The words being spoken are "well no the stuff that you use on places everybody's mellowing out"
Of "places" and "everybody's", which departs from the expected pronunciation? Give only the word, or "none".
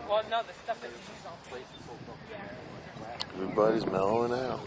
places